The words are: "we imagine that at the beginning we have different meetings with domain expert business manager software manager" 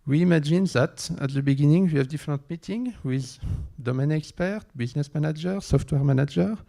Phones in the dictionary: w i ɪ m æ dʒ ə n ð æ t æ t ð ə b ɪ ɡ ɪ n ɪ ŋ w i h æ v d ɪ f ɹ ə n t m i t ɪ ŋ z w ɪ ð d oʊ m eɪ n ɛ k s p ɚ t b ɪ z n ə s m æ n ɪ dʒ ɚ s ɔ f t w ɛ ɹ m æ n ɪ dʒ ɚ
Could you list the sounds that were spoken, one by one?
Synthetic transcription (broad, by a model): w i m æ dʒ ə n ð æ t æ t ð ə b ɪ ɡ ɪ n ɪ ŋ w i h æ v d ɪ f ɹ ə n t m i t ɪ ŋ w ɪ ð d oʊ m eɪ n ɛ k s p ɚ t b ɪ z n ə s m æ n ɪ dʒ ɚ s ɔ f t w ɛ ɹ m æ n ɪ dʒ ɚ